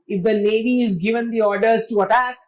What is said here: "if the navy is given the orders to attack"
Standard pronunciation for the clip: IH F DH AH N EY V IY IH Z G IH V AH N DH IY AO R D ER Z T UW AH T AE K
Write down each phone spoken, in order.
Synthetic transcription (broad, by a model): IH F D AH L EY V IY IH Z G IH V AH N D IY AO R D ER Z T UW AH T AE K